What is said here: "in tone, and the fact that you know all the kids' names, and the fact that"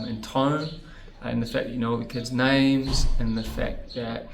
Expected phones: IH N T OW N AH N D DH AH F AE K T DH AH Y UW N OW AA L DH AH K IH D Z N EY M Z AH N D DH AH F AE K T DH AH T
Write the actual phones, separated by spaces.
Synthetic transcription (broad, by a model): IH N T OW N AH N DH AH F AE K DH AH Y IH N OW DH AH K IH D Z N EY M Z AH N DH AH F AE K DH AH T